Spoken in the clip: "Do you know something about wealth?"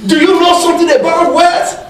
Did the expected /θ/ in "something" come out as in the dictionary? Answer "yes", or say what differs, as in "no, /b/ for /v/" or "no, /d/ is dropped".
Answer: no, /t/ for /θ/